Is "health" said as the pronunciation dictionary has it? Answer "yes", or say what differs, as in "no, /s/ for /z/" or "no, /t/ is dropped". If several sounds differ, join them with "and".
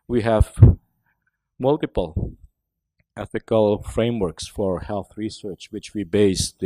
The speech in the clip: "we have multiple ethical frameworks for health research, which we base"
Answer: yes